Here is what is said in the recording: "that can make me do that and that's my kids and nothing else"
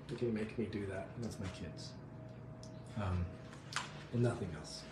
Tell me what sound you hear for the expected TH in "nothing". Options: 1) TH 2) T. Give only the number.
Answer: 1